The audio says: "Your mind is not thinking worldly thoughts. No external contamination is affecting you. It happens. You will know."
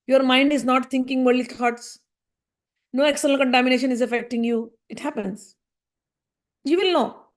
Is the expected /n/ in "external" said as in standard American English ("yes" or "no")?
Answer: no